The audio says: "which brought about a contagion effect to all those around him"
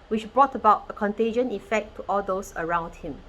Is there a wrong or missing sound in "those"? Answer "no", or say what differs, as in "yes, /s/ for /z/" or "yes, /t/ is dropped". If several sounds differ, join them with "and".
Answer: yes, /s/ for /z/